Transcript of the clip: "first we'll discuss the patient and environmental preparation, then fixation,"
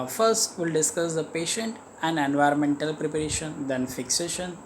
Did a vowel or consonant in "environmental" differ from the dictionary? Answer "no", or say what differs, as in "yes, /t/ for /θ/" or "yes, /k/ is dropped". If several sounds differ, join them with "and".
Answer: no